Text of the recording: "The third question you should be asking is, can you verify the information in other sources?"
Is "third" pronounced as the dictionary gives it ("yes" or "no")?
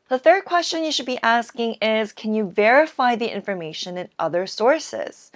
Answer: yes